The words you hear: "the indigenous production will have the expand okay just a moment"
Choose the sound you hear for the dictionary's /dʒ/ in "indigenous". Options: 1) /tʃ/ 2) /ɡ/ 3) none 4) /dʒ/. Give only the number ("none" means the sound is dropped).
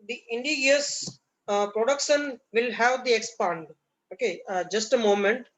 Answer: 3